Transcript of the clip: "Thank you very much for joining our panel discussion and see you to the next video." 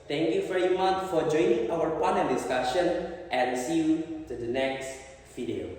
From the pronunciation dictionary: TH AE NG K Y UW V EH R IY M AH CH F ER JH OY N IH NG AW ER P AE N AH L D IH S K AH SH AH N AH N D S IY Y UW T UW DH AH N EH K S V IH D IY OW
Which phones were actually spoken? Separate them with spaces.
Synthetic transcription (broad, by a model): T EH NG K Y UW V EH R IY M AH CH F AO JH OY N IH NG AW ER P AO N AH N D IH S K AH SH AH N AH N S IY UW T UW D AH N EH K S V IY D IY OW